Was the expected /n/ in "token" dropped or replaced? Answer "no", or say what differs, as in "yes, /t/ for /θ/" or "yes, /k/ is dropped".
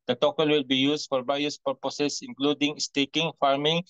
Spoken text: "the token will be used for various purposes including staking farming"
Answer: yes, /l/ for /n/